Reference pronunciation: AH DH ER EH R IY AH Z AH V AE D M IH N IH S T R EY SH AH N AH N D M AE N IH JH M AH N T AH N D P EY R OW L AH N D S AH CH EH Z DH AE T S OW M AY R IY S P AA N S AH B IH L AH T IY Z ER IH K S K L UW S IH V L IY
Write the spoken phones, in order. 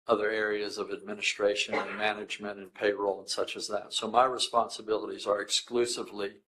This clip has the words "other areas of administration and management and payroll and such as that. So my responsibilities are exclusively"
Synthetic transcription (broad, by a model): AH DH ER EH R IY AH Z AH V AE D M IH N IH S T R EY SH AH N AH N M AE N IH JH M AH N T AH N P EY R OW L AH N S AH CH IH Z DH AE T S OW M AY R IY S P AA N S AH B IH L AH T IY Z ER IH K S K L UW S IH V L IY